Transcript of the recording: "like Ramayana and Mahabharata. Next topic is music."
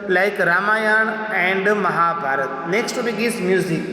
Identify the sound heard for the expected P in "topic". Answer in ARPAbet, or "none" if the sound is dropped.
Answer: B